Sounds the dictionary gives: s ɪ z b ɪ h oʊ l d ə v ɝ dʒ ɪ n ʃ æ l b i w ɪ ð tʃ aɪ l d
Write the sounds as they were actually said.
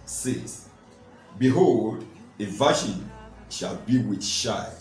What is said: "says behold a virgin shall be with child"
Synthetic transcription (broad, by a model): s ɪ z b ɪ h oʊ l d ə v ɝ ʃ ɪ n ʃ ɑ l b i w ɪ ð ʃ aɪ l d